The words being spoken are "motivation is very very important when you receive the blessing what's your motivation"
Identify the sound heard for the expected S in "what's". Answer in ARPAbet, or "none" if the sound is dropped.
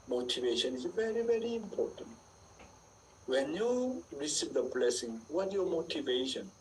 none